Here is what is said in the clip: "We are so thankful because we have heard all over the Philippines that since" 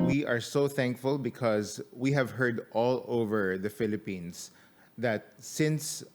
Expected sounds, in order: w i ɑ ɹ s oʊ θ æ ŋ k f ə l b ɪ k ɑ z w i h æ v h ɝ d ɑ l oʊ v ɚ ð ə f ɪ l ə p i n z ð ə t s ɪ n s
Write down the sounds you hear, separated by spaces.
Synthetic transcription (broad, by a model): w i ɑ ɹ s oʊ θ æ ŋ k f ə l b ɪ k ɑ z w i h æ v h ɝ d ɑ l oʊ v ɚ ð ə f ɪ l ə p i n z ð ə t s ɪ n s